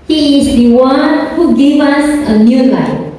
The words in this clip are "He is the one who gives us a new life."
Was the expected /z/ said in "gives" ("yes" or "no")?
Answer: no